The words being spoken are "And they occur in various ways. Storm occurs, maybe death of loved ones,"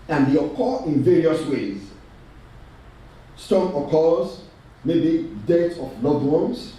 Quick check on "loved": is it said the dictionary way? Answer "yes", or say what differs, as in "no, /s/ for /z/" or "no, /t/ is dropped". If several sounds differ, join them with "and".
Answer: no, /v/ is dropped